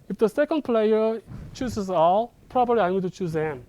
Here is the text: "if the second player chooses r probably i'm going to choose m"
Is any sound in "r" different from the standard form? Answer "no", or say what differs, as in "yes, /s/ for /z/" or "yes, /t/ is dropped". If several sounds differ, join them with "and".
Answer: yes, /l/ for /ɹ/